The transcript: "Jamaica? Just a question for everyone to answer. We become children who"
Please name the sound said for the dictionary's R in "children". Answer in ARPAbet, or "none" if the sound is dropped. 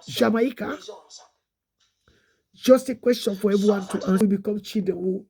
none